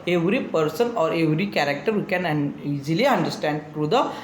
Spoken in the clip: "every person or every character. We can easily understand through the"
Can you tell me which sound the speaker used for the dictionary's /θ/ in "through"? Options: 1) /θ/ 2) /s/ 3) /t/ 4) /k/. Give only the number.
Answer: 3